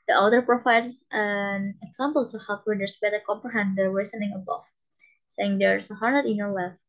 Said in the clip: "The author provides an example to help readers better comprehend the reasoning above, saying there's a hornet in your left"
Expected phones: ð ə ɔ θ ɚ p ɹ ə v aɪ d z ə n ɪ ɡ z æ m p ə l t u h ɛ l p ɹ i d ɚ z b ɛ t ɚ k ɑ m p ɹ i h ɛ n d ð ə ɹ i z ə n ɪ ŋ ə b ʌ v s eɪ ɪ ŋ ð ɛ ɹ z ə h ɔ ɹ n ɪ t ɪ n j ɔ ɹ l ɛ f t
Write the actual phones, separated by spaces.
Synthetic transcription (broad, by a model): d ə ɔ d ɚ p ɹ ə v aɪ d s ə n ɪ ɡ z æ m p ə l t u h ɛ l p w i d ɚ s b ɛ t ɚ k ɑ m p ɹ i h ɛ n d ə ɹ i s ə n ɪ ŋ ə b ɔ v s eɪ ɪ ŋ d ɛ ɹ s ə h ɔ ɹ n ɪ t ɪ n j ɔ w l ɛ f